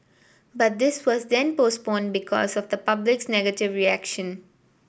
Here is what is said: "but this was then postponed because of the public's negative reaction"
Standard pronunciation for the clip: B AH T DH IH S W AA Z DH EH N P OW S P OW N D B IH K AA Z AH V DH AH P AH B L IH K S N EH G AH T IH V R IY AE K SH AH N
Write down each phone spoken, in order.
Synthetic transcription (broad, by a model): B AH T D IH S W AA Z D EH N P OW S P OW N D B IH K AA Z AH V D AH P AH B L IH K S N EH G AH T IH V R IY AE K SH AH N